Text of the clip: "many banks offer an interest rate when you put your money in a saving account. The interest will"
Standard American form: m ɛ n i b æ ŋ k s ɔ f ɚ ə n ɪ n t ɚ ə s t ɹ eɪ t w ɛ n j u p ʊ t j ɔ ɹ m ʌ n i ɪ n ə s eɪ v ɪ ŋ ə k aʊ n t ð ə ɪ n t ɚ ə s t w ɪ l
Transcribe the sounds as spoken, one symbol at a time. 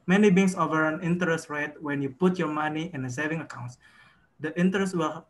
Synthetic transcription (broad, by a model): m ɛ n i b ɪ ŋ s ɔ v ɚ ə n ɪ n t ɚ ə s t ɹ eɪ t w ɛ n j u p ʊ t j ɔ ɹ m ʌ n i ɪ n ə s eɪ v ɪ ŋ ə k aʊ n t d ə ɪ n t ɚ ə s t w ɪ l